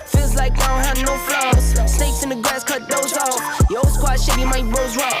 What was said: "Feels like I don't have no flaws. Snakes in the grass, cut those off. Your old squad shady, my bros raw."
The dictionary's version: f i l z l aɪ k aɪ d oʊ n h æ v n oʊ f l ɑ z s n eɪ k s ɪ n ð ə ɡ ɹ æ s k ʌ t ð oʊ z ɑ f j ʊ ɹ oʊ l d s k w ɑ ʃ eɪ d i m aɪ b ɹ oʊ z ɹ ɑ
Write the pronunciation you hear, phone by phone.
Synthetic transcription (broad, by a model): f i l z l aɪ k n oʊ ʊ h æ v n oʊ f l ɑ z s n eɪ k s ɪ n ð ə ɡ ɹ æ s k ʌ t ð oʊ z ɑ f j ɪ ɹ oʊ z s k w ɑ ʃ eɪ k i m aɪ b oʊ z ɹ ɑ